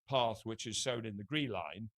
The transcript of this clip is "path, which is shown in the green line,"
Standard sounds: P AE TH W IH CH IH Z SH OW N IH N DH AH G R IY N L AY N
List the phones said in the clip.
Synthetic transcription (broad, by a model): P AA TH W IH CH IH Z S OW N IH N DH AH G R IY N L AY N